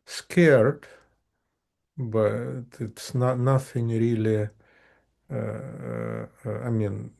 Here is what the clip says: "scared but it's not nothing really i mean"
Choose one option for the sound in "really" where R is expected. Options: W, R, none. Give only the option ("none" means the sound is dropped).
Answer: R